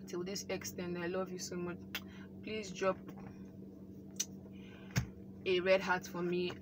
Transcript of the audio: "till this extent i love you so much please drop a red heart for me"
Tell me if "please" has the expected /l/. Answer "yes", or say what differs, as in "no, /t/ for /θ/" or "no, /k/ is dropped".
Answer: yes